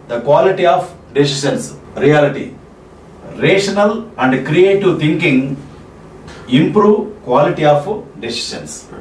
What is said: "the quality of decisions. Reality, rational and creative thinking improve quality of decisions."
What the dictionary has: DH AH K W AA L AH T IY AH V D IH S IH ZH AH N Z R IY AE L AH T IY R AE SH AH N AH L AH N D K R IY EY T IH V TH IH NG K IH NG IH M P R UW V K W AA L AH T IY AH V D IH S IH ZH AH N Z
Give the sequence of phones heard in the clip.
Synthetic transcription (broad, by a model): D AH K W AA L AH T IY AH P D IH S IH SH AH N S R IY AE L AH T IY R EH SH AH N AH L AH N D K R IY EY T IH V T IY NG K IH NG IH M P R UW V K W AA L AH T IY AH P D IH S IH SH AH N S